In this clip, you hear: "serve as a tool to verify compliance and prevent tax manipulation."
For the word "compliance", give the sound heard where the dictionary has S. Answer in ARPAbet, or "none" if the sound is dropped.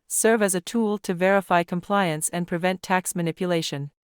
S